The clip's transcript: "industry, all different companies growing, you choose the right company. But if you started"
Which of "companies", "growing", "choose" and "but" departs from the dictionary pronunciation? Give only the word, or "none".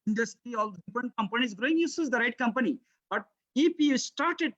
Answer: choose